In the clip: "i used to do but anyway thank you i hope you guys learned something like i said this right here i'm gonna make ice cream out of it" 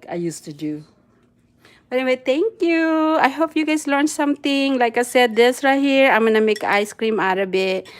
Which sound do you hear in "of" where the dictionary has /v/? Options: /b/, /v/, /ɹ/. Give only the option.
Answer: /b/